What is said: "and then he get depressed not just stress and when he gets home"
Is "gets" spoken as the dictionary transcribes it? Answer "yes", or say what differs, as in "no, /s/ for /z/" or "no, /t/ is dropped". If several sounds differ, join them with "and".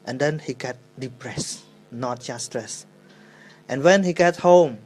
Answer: no, /s/ is dropped